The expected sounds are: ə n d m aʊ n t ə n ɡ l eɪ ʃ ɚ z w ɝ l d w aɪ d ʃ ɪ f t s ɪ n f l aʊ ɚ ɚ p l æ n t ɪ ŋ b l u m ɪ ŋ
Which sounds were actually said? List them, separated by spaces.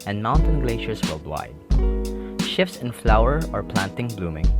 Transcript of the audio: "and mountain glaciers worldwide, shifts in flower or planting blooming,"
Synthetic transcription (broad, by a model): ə n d m aʊ n t ə n ɡ l eɪ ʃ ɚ s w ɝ l d w aɪ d ʃ ɪ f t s ɪ n f l aʊ ɚ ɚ p l æ n t ɪ ŋ b l u m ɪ ŋ